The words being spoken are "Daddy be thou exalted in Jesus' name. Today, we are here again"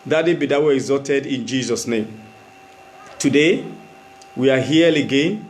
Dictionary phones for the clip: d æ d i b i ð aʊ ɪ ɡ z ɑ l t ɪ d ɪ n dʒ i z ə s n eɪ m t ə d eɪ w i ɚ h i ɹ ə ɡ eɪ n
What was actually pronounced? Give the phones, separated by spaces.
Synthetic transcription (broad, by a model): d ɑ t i b i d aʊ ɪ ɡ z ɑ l t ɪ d ɪ n dʒ i z ə s n eɪ m t ə d eɪ w i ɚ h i l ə ɡ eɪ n